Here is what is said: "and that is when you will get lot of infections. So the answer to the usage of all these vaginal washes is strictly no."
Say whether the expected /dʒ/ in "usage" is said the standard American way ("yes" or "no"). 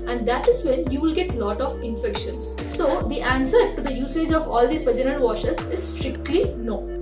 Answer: yes